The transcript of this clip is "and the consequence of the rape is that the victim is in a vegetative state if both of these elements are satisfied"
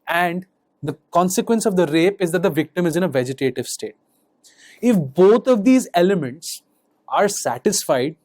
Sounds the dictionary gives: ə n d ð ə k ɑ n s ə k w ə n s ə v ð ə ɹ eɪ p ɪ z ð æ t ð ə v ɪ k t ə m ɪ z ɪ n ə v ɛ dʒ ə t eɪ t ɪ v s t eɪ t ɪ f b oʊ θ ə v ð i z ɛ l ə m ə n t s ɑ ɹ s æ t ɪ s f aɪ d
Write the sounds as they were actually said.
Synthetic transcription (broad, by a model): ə n d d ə k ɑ n s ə k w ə n s ə v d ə ɹ eɪ p ɪ z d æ t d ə v ɪ k t ə m ɪ z ɪ n ə v ɛ dʒ ə t eɪ t ɪ v s t eɪ t ɪ f b oʊ t ə v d i z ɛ l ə m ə n t s ɑ ɹ s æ t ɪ s f aɪ d